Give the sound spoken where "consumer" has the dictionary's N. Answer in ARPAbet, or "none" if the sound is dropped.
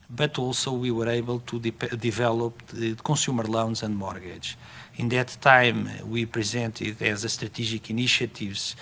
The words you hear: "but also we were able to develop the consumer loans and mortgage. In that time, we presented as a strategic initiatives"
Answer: none